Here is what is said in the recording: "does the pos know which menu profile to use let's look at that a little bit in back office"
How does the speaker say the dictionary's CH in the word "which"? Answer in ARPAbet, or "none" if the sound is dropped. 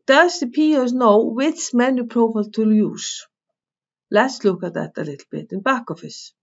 S